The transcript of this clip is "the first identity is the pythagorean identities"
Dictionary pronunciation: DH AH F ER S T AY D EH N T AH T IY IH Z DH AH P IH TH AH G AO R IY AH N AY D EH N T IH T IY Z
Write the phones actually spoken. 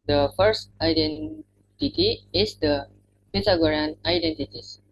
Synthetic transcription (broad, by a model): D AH F ER S T AY D EH N T AH T IY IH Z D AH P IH T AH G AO R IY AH N AY D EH N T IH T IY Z